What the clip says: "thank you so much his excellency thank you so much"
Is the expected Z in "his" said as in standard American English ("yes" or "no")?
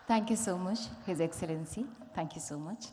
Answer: yes